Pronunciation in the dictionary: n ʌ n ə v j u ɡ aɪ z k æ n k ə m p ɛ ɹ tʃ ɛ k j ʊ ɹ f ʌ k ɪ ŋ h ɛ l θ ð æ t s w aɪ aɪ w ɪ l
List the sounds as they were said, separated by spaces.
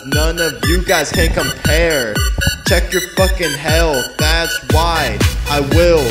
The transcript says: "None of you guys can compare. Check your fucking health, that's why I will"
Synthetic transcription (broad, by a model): n ʌ n ə v j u ɡ aɪ z k æ n k ə m p ɛ ɹ tʃ ɛ k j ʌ ɹ f ʌ k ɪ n h ɛ l ð æ t s w aɪ aɪ w ɪ l